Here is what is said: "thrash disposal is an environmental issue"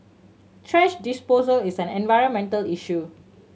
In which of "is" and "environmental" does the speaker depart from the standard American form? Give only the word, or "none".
is